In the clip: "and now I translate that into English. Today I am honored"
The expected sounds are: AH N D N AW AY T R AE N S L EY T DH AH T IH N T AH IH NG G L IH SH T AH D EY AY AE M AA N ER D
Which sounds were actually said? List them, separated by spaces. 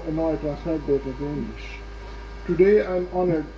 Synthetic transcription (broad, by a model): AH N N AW AY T AE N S N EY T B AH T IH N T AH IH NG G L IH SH T AH D EY AY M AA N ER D